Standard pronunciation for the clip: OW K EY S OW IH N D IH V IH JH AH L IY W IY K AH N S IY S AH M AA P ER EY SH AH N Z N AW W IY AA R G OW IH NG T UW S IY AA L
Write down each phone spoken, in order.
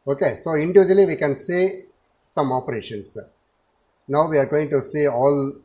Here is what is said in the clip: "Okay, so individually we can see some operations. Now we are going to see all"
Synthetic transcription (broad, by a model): OW K EY S OW IH N D IH V IH JH AH L IY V IY K AH N S IY S AH M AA P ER EY SH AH N S N AW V IY AA R G OW IH NG T UW S IY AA L